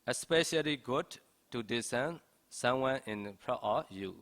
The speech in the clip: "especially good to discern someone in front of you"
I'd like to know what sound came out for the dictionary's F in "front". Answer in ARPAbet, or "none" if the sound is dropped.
P